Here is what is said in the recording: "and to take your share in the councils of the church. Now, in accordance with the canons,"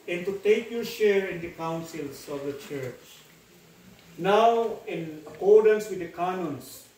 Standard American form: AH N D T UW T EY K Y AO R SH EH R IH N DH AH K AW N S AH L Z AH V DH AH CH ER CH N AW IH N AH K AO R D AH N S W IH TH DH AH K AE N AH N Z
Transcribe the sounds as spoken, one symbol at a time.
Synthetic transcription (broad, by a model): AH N T UW T EY K Y AO R SH EH R IH N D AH K AW N S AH L S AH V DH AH CH ER CH N AW IH N AH K AO R D AH N S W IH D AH K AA N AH N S